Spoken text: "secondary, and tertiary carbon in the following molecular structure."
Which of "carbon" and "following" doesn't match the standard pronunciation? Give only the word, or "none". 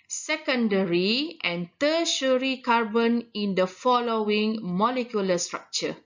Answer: none